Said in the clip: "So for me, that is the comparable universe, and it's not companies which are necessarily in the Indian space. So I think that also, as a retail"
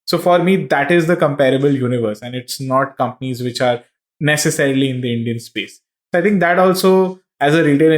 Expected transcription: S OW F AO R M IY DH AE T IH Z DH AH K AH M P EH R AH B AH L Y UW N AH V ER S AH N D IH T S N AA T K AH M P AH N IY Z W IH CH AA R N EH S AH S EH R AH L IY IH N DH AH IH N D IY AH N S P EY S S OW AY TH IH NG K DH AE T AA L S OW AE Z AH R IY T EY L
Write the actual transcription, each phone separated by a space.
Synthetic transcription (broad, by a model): S OW F AO R M IY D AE T IH Z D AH K AH M P EH R AH B AH L Y UW N AH V ER S AH N D IH T S N AA T K AH M P AH N IY Z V IH CH AA R N EH S AH S EH R AH L IY IH N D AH IH N D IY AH N S P EY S S OW AY T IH NG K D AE T AA L S OW AE Z AH R IY T EY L